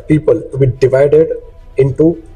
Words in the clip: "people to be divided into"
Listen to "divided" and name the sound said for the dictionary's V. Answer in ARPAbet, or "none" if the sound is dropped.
V